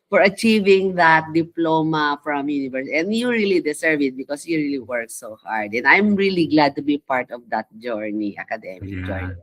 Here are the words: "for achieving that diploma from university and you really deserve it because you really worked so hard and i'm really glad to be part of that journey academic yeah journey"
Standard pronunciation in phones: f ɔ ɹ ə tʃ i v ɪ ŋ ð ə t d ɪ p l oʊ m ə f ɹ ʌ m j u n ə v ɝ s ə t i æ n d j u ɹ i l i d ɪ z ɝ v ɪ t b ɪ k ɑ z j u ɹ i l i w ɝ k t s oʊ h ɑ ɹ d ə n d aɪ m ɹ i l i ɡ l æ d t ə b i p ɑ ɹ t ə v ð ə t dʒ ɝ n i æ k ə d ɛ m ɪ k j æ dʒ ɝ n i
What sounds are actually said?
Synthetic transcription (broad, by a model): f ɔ ɹ ə tʃ i v ɪ ŋ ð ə t d ɪ p l oʊ m ə f ɹ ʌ m j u n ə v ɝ s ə n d j u ɹ i l i d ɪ s ɝ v ɪ t b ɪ k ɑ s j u ɹ i l i w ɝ k s oʊ h ɑ ɹ d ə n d aɪ m ɹ i l i ɡ l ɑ d t ə b i p ɑ ɹ t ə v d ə t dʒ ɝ n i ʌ k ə d ɛ m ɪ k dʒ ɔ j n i